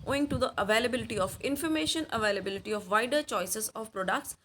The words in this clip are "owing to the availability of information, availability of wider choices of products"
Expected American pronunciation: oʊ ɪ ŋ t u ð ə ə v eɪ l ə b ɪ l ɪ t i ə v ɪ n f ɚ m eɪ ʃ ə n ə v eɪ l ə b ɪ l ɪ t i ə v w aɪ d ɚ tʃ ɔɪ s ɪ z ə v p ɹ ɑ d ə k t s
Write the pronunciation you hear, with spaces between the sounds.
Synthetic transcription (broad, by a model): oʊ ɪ ŋ t u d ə ə v eɪ l ə b ɪ l ɪ t i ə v ɪ n f ɚ m eɪ ʃ ə n ə v eɪ l ə b ɪ l ɪ t i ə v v aɪ d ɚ tʃ ɔɪ s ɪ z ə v p ɹ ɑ d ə k t s